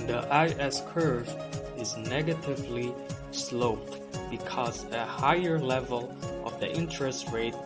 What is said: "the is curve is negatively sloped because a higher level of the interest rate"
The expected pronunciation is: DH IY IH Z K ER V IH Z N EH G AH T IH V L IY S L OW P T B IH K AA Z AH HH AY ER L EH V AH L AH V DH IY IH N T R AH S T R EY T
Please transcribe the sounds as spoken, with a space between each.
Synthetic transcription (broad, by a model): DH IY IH S K ER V IH Z N EH G AH T IH V L IY S L OW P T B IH K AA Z AH HH AY ER L EH V AH L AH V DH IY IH N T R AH S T R EY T